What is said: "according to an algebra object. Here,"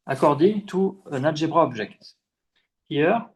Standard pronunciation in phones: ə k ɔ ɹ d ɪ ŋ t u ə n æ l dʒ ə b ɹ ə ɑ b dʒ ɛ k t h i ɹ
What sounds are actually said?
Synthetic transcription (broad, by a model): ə k ɔ ɹ d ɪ t u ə n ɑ dʒ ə b ɹ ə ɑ b ʒ ɛ k t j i ɹ